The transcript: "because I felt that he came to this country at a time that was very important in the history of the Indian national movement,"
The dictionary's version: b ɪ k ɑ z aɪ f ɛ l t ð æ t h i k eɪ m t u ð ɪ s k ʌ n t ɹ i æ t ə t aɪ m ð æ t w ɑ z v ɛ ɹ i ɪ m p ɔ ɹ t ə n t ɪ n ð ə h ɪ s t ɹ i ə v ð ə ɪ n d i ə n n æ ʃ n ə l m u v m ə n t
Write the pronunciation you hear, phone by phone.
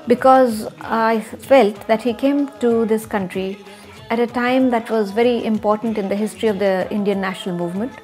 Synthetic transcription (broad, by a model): b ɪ k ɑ z aɪ f ɛ l t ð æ t h i k eɪ m t u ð ɪ s k ʌ n t ɹ i æ t ə t aɪ m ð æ t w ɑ z v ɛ ɹ i ɪ m p ɔ ɹ t ə n t ɪ n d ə h ɪ s t ɹ i ə v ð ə ɪ n d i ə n n æ ʃ n ə l m u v m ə n t